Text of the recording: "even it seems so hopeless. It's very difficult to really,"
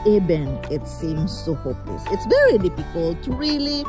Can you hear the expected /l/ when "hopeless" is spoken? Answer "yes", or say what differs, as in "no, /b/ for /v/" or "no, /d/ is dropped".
yes